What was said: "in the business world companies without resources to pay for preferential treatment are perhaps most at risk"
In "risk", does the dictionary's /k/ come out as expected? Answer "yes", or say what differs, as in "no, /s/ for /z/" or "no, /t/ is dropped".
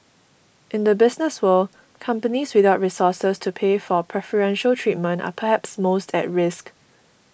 yes